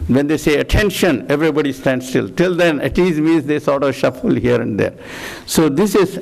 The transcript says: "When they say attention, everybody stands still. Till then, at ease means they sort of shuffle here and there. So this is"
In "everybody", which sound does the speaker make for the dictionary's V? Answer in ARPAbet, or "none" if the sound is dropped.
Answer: V